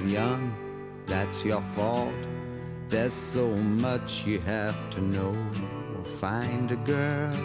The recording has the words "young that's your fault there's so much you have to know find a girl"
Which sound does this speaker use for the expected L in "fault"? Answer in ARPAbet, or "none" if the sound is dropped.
L